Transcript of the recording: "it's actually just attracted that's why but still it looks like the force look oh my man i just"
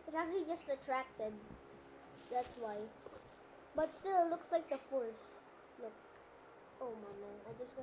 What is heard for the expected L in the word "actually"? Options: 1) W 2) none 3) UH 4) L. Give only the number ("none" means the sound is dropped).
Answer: 4